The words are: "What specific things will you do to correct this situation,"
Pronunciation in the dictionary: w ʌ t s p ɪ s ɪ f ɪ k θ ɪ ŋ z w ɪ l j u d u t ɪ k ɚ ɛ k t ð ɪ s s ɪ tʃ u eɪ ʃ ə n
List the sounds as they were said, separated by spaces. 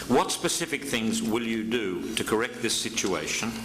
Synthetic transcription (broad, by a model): w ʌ t s p ɪ s ɪ f ɪ k θ ɪ ŋ z w ɪ l j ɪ d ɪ t ɪ k ɚ ɛ k t ð ɪ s s ɪ tʃ u eɪ ʃ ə n